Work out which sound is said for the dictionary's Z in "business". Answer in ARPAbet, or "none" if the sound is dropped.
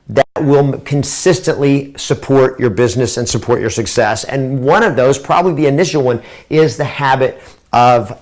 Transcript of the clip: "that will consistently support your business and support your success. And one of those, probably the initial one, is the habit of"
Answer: Z